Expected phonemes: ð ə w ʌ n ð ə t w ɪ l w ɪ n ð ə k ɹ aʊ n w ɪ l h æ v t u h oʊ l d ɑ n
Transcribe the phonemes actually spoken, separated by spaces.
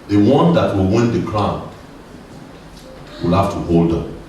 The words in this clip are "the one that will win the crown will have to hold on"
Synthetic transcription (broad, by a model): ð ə w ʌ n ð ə t w ɪ l w ɪ n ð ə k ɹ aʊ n w ɪ l h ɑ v t u h oʊ l d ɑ